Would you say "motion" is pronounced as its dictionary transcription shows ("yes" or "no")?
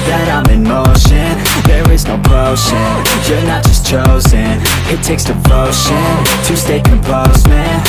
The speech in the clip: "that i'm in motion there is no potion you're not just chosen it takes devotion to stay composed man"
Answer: yes